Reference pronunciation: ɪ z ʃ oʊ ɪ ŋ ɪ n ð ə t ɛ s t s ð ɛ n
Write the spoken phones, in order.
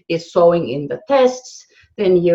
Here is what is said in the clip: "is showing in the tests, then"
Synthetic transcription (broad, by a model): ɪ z s oʊ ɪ ŋ ɪ n ð ə t ɛ s t s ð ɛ n